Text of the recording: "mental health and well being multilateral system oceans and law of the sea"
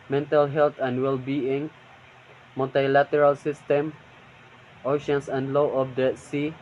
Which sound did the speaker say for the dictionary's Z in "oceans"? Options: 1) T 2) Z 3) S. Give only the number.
3